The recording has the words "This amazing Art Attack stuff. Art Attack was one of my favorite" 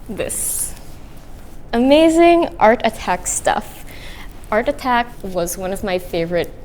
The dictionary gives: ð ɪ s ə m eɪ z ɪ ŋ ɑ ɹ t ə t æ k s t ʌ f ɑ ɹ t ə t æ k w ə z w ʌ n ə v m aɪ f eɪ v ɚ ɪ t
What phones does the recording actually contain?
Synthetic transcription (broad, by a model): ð ɪ s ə m eɪ z ɪ ŋ ɑ ɹ t ə t æ k s t ʌ f ɑ ɹ t ə t æ k w ə z w ʌ n ə v m aɪ f eɪ v ɚ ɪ t